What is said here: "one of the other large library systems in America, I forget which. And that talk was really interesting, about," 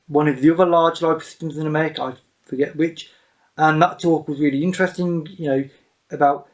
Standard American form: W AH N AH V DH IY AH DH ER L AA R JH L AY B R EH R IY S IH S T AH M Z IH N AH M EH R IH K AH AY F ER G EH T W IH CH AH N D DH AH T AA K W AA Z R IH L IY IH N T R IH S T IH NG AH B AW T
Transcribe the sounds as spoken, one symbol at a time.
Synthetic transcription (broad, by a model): W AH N AH V DH IY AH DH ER L AA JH L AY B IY S IH S T AH M Z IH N AH M EH R IH K AH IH F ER G EH T W IH CH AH N DH AH T AA K W AA Z R IH L IY IH N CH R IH S T IH NG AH B AW T